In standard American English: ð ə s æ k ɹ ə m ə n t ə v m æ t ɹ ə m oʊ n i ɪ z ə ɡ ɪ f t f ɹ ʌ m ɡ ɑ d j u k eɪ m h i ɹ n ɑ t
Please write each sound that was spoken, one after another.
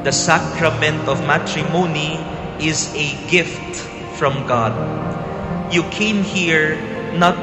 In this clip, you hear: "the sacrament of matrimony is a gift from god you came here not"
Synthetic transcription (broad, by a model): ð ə s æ k ɹ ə m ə n t ə v m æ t ɹ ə m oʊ n i ɪ z ə ɡ ɪ f t f ɹ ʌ m ɡ ɑ d j u k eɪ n h i ɹ n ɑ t